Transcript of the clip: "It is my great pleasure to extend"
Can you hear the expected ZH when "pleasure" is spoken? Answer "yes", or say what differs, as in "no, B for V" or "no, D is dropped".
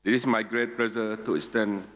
no, Z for ZH